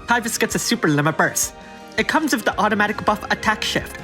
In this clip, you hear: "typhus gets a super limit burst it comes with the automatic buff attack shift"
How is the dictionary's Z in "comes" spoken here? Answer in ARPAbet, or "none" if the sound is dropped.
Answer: Z